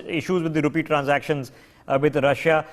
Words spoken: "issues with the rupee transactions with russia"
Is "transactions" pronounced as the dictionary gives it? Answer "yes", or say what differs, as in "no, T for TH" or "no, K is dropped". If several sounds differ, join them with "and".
yes